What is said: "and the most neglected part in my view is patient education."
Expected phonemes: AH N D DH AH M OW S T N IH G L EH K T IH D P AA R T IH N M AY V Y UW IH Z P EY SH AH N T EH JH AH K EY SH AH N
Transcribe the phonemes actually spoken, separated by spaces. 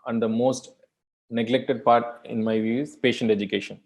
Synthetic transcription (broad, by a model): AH N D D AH M OW S T N IH G L EH K T IH D P AA R T IH N M AY V Y UW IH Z P EY SH AH N T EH JH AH K EY SH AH N